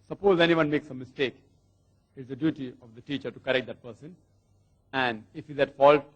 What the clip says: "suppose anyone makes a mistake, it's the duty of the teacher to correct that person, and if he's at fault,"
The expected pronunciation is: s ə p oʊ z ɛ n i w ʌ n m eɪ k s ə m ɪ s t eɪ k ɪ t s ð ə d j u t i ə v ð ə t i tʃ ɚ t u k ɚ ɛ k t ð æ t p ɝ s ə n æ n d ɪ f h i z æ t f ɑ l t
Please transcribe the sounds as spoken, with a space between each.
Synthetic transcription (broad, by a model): s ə p oʊ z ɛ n i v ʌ n m eɪ k s ə m ɪ s t eɪ k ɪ t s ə d j u t i ə v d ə t i tʃ ɚ t u k ɚ ɛ k t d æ t p ɝ s ə n æ n d ɪ f h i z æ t f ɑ l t